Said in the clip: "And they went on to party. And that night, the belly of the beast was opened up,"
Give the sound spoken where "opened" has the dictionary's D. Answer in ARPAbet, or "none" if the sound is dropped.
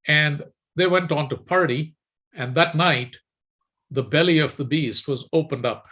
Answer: D